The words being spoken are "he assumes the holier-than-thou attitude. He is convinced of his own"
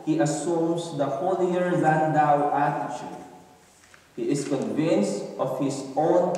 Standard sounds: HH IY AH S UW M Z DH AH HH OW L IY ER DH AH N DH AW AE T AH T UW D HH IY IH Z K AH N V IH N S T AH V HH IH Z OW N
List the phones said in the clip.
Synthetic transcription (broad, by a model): HH IY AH S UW M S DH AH HH OW L IY ER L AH N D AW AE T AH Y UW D HH IY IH S K AH N V IH N S T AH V HH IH S OW N